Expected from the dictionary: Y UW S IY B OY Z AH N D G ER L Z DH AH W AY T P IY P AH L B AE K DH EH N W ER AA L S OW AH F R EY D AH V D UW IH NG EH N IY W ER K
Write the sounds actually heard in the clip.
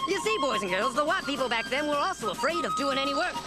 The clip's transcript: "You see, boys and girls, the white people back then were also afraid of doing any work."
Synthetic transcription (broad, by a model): Y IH S IY B OY Z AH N G ER L Z DH AH W AY T P IY P L B AE K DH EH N W ER AA L S OW AH F R EY D AH V D UW IH NG EH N IY W ER K